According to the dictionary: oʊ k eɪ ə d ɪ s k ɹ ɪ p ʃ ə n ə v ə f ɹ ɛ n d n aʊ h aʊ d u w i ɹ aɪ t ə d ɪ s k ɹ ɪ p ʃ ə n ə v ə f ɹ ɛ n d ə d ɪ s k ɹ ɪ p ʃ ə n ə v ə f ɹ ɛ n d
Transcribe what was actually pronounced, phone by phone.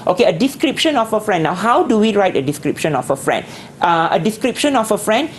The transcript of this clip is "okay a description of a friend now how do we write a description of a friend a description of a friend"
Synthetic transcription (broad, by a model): oʊ k eɪ ə d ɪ s k ɹ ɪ p ʃ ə n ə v ə f ɹ ɛ n d n aʊ h aʊ d u w i ɹ aɪ t ə d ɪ s k ɹ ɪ p ʃ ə n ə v ə f ɹ ɛ n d ə d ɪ s k ɹ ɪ p ʃ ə n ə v ə f ɹ ɛ n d